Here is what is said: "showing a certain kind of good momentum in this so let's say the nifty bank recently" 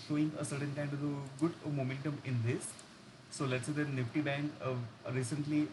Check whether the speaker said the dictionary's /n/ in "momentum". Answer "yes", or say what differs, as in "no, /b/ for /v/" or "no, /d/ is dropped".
yes